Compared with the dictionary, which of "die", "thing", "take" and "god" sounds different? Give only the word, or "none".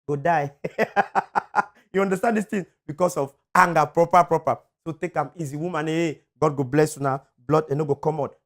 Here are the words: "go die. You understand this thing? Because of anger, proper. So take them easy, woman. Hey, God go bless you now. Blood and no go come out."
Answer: thing